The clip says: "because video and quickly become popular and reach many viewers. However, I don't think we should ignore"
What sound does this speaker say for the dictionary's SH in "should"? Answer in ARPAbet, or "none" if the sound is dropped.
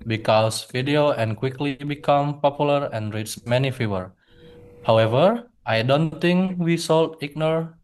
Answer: S